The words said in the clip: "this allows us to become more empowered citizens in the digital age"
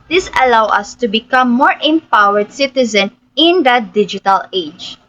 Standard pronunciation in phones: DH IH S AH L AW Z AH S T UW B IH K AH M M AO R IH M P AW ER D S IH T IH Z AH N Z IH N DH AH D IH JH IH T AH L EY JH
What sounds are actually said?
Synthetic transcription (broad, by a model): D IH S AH L AW AH S T UW B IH K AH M M AO R IH M P AW ER D S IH T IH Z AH N IH N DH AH D IH JH IH T AH L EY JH